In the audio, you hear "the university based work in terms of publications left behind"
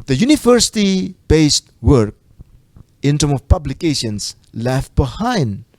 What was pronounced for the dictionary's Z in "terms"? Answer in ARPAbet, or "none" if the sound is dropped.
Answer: none